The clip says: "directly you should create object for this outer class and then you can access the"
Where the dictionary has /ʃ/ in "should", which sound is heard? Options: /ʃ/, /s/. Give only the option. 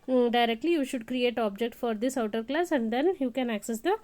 /ʃ/